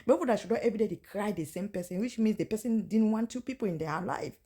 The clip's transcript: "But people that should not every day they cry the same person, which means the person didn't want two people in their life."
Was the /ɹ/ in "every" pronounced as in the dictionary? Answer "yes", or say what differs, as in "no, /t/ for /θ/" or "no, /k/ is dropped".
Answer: no, /ɹ/ is dropped